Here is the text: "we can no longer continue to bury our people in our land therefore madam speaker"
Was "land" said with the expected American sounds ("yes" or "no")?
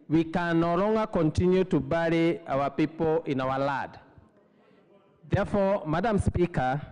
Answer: no